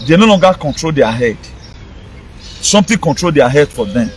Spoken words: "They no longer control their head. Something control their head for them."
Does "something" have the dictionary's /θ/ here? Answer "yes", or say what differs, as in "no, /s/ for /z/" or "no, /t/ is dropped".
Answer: no, /t/ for /θ/